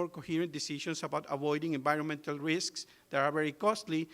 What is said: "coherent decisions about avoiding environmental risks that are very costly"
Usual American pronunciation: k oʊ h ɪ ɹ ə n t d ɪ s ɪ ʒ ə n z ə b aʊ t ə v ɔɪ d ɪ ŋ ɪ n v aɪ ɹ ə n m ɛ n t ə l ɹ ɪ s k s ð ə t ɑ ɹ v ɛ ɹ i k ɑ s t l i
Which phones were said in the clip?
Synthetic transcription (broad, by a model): k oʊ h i ɹ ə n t d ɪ s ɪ ʃ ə n s ə b aʊ t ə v ɔɪ d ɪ ŋ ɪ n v aɪ ɹ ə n m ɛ n t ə l ɹ ɪ s k s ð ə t ɑ ɹ v ɛ ɹ i k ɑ s t l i